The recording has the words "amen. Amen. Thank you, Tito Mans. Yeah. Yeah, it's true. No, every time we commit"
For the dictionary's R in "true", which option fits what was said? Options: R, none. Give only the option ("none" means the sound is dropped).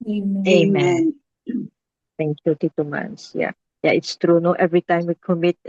R